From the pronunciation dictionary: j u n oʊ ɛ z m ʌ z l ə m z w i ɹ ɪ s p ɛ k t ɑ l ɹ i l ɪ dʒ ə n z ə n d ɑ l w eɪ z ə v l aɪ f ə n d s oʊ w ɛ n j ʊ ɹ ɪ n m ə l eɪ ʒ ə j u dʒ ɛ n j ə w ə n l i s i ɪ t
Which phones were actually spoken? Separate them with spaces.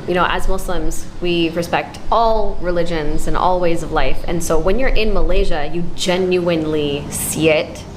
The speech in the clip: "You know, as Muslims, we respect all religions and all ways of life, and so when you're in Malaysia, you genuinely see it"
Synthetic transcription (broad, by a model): j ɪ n oʊ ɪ z m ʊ s l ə m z w i ɹ ɪ s p ɛ k t ɑ l ɹ i l ɪ dʒ ə n z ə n ɑ l w eɪ z ə v l aɪ f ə n s oʊ w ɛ n j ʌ ɹ ɪ n m ə l eɪ ʒ ə j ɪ dʒ ɛ n j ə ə n l i s i ɪ t